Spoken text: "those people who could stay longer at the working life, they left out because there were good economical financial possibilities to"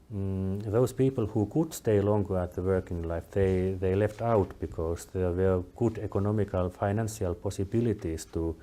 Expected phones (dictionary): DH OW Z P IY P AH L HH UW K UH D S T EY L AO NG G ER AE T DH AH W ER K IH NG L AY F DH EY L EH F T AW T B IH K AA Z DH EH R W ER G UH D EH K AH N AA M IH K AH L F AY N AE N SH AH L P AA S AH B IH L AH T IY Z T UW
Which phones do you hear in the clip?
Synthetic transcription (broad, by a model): DH OW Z P IY P AH L HH UW K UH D S T EY L AO NG G ER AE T DH AH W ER K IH NG L AY F DH EY L EH F T AW T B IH K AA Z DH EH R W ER G UH D EH K AH N AA M IH K AH L F AY N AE N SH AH L P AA S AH B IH L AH T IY S T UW